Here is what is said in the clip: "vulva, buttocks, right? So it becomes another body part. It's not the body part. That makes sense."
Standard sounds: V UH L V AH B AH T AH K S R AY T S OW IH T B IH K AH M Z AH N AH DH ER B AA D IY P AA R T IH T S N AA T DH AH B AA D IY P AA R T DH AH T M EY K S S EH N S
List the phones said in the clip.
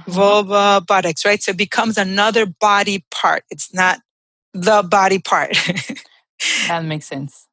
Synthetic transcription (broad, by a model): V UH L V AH B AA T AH K S R AY T S OW IH T B IH K AH M Z AH N AH DH ER B AA D IY P AA R T IH T S N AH T DH AH B AA D IY P AA R T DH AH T M EY K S S EH N S